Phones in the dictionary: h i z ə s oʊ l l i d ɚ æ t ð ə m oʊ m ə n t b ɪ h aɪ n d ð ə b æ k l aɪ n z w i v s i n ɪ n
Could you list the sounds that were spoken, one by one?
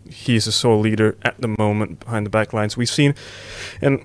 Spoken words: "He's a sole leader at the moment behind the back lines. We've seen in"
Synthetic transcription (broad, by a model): h i z ə s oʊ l l i d ɚ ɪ t ð ə m oʊ m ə n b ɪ h aɪ n ð ə b æ k l aɪ n z w i v s i n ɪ n